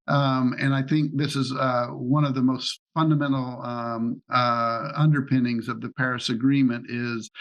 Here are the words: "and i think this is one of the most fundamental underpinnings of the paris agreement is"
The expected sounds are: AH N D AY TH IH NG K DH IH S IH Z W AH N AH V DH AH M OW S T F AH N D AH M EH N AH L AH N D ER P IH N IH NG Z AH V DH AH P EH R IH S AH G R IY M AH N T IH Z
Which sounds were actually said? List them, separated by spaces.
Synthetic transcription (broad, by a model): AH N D AY TH IH NG K DH IH S IH Z W AH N AH V DH AH M OW S T F AH N D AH M EH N L AH N D ER P IH N IH NG Z AH V DH AH P EH R IH S AH G R IY M AH N T IH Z